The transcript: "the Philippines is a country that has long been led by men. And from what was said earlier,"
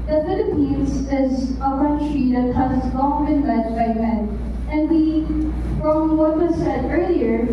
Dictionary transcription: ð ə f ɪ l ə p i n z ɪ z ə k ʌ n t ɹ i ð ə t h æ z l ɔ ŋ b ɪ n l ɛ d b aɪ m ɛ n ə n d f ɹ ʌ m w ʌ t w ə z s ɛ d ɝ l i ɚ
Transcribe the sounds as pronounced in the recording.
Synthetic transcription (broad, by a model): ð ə f ɪ l ə p i n z ɪ z ə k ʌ n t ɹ i ð ə t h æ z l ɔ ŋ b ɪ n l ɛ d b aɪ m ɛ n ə n d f ɹ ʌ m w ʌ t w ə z s ɛ d ɝ l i ɚ